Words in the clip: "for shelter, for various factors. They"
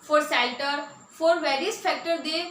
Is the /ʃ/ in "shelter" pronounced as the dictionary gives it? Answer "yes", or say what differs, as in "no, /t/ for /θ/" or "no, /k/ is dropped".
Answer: no, /s/ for /ʃ/